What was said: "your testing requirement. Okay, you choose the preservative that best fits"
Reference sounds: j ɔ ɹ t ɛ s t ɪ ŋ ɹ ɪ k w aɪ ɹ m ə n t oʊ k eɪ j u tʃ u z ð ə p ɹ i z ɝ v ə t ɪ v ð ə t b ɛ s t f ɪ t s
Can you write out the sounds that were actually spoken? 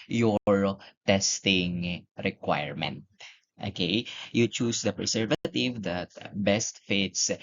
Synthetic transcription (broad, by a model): j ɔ ɹ t ɛ s t ɪ ŋ ɹ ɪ k w aɪ ɹ m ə n t oʊ k eɪ j u tʃ u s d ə p ɹ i s ɝ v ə t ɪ v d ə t b ɛ s t f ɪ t s